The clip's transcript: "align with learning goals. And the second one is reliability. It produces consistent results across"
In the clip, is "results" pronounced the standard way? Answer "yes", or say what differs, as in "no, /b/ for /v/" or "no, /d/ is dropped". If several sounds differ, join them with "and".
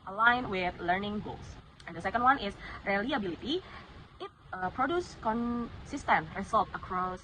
no, /s/ is dropped